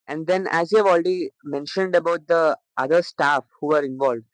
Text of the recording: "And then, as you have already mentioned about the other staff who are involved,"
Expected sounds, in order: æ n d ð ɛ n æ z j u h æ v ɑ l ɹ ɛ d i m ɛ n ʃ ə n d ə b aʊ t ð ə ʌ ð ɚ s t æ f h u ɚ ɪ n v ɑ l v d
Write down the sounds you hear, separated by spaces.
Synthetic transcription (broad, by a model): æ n d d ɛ n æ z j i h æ v ɑ l ɹ ɛ d i m ɛ n ʃ ə n d ə b aʊ t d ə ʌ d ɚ s t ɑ f h u ɚ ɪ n v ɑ l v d